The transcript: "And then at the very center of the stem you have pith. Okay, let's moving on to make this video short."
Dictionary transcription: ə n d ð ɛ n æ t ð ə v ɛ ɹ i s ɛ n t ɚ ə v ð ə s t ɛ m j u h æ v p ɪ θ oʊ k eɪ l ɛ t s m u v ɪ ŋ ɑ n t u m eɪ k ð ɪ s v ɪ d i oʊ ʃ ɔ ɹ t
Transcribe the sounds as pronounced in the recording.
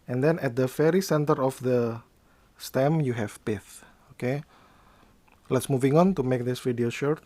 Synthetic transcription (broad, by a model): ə n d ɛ n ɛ t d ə f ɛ ɹ i s ɛ n t ɚ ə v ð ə s t ɛ m j u h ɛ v p ɪ θ oʊ k eɪ l ɛ t s m u v ɪ ŋ ɑ n t u m eɪ k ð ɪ s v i d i oʊ ʃ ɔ ɹ t